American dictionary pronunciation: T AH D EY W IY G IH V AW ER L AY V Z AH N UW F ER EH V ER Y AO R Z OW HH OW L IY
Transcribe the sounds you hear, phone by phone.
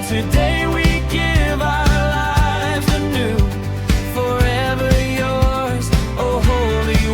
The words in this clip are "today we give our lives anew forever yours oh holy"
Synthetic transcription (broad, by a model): T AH D EY W IY G IH V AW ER L AY V Z AH N UW F ER EH V ER Y AO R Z OW HH OW L IY